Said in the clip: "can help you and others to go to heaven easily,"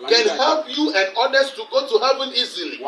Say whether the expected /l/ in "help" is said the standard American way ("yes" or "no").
yes